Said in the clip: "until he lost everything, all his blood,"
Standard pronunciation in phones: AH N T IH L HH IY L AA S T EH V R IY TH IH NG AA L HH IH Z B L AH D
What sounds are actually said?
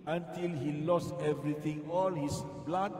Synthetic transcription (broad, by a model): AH N T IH L HH IY L AA S T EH V R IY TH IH NG AA L HH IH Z B L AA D